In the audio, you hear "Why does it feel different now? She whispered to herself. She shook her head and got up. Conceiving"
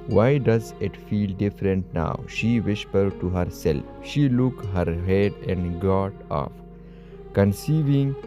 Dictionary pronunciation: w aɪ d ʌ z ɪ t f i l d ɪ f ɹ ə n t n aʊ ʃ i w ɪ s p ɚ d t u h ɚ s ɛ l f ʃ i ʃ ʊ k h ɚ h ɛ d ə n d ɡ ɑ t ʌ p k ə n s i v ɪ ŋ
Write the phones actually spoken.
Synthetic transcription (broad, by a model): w aɪ d ʌ z ɪ t f i l d ɪ f ɹ ə n t n aʊ ʃ i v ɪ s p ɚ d t u h ɚ s ɛ l f ʃ i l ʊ k h ɚ h ɛ d ə n d ɡ ɑ t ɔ f k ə n s i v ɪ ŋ